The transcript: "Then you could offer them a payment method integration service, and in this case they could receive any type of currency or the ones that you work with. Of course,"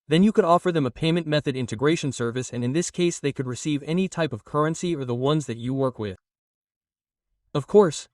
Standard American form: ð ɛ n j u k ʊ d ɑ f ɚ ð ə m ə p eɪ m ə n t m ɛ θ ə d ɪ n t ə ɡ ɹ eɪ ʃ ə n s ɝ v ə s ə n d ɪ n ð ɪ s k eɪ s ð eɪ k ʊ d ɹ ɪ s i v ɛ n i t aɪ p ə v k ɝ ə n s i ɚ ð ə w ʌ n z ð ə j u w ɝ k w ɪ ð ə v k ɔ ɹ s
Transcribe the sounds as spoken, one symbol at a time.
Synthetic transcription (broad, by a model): ð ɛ n j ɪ k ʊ d ɑ f ɚ ð ə m ə p eɪ m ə n m ɛ θ ə d ɪ n t ə ɡ ɹ eɪ ʃ ə n s ɝ v ə s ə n ɪ n ð ɪ s k eɪ s ð eɪ k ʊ d ɹ ɪ s i v ɛ n i t aɪ p ə v k ɝ ə n s i ɚ ð ə w ʌ n z ð ə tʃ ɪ w ɝ k w ɪ ð ə v k ɔ ɹ s